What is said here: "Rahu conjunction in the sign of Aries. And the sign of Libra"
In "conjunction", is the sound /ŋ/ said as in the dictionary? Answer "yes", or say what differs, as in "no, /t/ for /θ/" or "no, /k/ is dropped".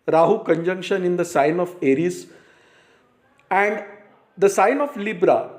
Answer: yes